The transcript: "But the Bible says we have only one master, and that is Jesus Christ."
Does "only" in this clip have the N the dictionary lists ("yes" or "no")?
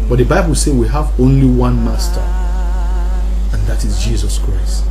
yes